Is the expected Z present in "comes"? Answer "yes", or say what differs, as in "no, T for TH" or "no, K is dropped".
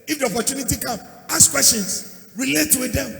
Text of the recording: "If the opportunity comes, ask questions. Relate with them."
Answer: no, Z is dropped